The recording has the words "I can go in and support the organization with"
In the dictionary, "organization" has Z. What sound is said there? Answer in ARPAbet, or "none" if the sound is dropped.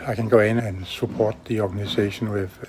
S